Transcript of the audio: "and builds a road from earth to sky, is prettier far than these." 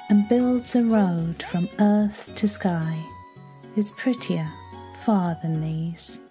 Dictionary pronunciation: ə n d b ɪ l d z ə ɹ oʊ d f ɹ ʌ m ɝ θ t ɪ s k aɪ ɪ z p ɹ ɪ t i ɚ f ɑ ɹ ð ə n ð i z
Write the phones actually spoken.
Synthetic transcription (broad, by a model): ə n b ɪ l d z ə ɹ oʊ d f ɹ ʌ m ɝ θ t ɪ s k aɪ ɪ z p ɹ ɪ t i ɚ f ɑ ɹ ð ə n ð i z